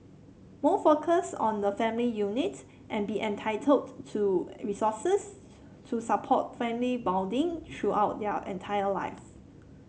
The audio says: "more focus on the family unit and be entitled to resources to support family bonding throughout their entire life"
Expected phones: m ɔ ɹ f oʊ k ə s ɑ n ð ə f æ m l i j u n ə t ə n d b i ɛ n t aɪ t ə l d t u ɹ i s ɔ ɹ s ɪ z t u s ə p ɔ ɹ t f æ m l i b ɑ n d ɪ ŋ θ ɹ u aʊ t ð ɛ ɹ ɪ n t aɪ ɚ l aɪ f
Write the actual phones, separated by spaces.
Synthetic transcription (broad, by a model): m ɔ f oʊ k ə s ɑ n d ə f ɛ m l i j u n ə t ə n b i ɛ n t aɪ t ə l d t u ɹ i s ɔ s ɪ s t u s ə p ɔ t f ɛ m l i b ɑ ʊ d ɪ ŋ t ɹ u aʊ t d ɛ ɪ n t aɪ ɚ l aɪ f